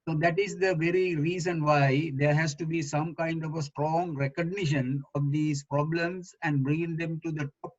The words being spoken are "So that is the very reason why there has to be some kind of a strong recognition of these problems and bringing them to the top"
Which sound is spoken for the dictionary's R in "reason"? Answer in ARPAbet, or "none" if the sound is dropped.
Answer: R